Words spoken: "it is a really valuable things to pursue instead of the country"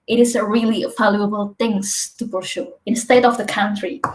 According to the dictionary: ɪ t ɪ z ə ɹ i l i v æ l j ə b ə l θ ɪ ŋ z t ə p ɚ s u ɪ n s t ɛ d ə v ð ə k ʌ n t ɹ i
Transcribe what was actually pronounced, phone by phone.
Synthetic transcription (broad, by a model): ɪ t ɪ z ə ɹ i l i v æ l j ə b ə l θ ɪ ŋ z t ə b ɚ ʃ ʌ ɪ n s t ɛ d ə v ð ə k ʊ n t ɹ i